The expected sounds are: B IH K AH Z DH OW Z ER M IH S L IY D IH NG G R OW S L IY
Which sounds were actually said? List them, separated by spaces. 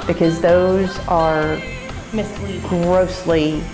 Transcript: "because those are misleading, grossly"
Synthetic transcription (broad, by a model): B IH K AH Z DH OW Z ER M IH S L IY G R OW S L IY